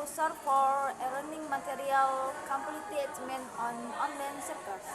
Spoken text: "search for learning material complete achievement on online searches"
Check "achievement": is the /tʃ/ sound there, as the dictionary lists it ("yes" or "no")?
no